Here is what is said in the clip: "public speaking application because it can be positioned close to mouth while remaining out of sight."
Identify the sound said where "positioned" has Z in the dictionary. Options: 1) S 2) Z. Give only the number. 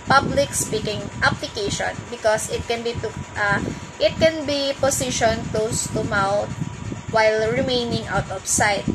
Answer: 1